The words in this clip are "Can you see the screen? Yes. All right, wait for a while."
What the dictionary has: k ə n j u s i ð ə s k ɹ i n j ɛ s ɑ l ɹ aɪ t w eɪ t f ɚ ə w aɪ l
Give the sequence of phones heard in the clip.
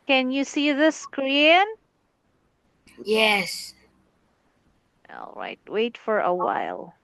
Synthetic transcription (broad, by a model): k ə n j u s i ð ə s k ɹ i n j ɛ s ɑ l ɹ aɪ t w eɪ t f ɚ ə w aɪ l